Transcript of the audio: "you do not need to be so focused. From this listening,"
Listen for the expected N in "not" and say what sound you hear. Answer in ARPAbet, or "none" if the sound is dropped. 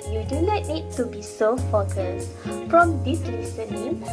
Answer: L